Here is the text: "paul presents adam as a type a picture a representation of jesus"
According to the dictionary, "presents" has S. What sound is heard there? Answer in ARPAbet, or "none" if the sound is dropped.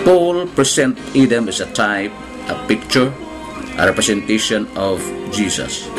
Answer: none